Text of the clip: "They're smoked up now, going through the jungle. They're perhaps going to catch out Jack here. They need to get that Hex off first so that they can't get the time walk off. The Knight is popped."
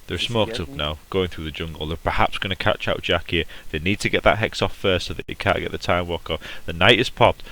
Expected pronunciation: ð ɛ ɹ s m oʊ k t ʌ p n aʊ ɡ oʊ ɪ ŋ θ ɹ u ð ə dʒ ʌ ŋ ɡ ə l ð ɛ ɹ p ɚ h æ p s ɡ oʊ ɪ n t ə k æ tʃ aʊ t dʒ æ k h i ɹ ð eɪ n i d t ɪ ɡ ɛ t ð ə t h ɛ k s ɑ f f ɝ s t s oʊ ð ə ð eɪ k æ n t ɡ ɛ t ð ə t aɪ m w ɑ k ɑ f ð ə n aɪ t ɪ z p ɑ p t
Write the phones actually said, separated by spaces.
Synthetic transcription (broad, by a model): ð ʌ ɹ s m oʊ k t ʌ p n aʊ ɡ oʊ ɪ ŋ θ ɹ u ð ə dʒ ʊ ŋ ɡ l ð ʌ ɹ p ɚ h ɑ p s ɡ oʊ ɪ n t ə k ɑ tʃ aʊ t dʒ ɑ k h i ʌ ð eɪ n i d t ɪ ɡ ɛ t ð ə t h ɛ k s ɑ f f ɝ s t s oʊ ð ə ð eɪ k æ n ɡ ɛ t ð ə t aɪ m w ɑ k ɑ ð ə n aɪ t ɪ z p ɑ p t